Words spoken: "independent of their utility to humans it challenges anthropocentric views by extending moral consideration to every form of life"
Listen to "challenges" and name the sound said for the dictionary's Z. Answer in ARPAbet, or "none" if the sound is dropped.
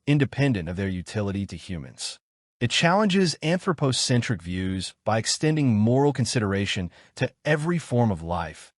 Z